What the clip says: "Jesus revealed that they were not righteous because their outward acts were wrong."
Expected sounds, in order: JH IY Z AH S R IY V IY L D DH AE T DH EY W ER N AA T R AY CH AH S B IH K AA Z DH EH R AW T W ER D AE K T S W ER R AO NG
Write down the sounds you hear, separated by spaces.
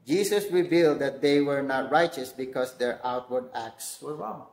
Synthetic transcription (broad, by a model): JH IY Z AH S R IY V IY L D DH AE T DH EY W ER N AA T R AY CH AH S B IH K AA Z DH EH R AW T W ER D AE K T S W ER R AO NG